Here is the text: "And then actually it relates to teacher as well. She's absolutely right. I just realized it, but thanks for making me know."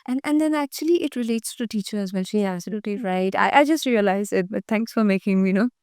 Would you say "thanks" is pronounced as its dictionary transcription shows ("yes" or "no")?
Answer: no